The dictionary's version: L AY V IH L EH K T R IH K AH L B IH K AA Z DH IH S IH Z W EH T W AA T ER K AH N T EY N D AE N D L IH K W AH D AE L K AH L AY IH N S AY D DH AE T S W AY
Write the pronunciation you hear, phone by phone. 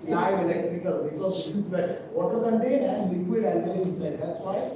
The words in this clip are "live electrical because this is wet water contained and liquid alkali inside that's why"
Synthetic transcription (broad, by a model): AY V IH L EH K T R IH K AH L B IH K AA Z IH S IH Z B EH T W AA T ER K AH N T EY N AE N D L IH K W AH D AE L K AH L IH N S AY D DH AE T S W AY